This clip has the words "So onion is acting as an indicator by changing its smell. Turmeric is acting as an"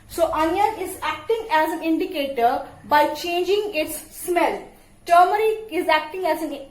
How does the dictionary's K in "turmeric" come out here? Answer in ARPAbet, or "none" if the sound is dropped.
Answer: none